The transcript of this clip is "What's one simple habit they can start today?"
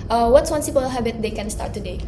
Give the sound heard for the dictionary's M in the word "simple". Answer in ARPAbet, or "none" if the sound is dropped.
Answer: none